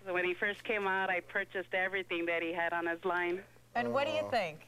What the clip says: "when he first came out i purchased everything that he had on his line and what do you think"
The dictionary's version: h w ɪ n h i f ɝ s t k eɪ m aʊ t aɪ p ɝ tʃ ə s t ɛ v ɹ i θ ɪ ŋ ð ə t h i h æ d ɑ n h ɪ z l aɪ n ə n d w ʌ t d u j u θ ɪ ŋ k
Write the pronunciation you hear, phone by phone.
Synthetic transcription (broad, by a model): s w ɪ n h i f ɝ s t k eɪ m aʊ t aɪ p ɝ tʃ ə s t ɛ v ɹ i θ ɪ ŋ ð ə t h i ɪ d n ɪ z l aɪ n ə n w ʌ t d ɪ j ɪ θ ɪ ŋ k